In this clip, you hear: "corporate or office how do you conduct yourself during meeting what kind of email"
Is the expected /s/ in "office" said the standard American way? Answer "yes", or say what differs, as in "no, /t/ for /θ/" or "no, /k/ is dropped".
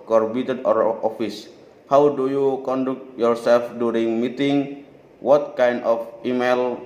yes